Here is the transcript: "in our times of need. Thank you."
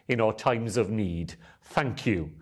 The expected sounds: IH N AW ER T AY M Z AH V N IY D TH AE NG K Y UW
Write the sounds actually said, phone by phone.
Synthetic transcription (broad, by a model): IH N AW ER T AY M Z AH V N IY D TH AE NG K Y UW